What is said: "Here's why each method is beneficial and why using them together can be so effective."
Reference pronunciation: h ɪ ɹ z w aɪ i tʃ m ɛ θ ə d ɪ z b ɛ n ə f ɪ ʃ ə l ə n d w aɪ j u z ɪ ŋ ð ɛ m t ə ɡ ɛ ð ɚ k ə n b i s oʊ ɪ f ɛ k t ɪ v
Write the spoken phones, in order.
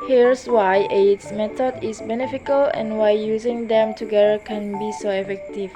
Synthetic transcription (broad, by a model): h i ɹ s w aɪ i s m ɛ t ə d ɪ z b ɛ n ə f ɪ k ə l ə n w aɪ j u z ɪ ŋ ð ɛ m t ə ɡ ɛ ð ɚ k ə n b i s oʊ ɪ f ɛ k t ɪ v